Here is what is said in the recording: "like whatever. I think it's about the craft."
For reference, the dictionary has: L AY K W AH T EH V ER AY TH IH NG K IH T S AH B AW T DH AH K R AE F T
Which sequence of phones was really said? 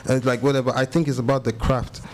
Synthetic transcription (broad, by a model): L AY K W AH T EH V ER AY TH IH NG K IH T S AH B AW T DH AH K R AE F T